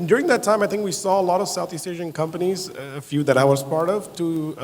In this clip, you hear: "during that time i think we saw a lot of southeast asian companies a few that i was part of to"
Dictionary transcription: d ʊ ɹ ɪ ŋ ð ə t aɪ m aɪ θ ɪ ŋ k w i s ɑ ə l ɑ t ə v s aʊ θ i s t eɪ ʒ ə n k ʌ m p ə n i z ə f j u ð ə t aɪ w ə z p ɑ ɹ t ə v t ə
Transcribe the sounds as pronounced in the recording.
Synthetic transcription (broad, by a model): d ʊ ɹ ɪ ŋ ð ə t aɪ m aɪ θ ɪ ŋ k w i s ɑ ə l ɑ t ə v s aʊ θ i s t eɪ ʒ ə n k ʌ m p ə n i z ə f j u ð ə t aɪ w ə z p ɑ ɹ t ə v t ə